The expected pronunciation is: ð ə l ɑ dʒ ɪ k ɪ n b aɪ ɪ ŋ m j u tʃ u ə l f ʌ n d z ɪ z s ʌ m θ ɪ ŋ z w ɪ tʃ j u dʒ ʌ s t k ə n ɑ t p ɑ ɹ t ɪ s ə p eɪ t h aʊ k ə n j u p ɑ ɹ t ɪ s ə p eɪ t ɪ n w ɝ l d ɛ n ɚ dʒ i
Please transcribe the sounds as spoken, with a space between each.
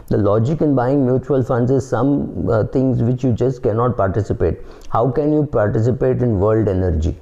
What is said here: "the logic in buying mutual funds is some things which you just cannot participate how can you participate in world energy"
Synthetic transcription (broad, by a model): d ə l ɑ dʒ ɪ k ɪ n b aɪ ɪ ŋ m j u tʃ u ə l f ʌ n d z ɪ z s ʌ m t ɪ ŋ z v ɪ tʃ j u dʒ ʌ s t k ə n ɑ t p ɑ ɹ t ɪ s ə p eɪ t h aʊ k ə n j u p ɑ ɹ t ɪ s ə p eɪ t ɪ n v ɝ l d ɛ n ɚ dʒ i